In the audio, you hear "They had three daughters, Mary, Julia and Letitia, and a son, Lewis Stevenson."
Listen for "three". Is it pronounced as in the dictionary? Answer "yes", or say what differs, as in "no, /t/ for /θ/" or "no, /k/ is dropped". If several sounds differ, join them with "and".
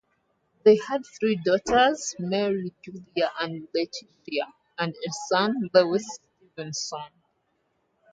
yes